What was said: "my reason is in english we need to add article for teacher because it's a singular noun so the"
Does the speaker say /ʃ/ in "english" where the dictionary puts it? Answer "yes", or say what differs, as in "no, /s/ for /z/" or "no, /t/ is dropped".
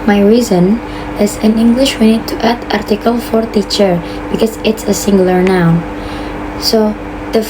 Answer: yes